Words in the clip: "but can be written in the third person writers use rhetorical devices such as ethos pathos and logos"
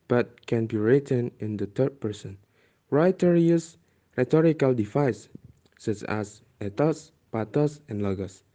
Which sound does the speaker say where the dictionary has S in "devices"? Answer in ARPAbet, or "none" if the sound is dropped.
none